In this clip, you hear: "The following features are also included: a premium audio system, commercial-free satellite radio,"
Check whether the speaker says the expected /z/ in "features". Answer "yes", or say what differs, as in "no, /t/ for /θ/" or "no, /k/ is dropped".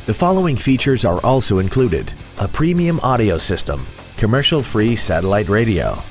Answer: yes